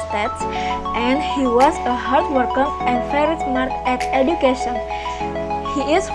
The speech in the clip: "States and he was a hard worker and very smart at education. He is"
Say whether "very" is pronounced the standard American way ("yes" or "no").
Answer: no